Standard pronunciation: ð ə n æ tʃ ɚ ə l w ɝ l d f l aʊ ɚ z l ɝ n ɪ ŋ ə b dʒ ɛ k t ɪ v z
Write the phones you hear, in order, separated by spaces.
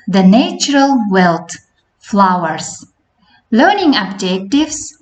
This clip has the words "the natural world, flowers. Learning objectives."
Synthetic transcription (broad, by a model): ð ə n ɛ tʃ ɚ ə l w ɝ l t f l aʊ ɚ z l ɝ n ɪ ŋ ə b dʒ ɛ k t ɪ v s